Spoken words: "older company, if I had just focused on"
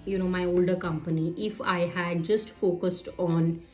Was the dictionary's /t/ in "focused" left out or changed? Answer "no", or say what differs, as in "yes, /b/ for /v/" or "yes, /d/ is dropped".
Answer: no